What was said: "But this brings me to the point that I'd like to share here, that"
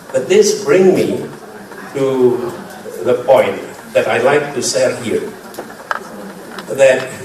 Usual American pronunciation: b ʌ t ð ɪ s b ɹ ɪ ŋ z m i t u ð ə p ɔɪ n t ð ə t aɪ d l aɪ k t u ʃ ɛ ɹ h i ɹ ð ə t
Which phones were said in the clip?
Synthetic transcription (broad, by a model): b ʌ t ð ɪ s b ɹ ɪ ŋ m i t u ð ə p ɔɪ n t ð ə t aɪ l aɪ k t u s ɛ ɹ h i ɹ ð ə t